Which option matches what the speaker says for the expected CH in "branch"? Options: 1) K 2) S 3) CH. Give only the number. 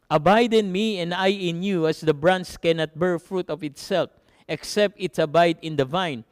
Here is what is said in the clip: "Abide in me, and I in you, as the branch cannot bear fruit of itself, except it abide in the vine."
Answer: 2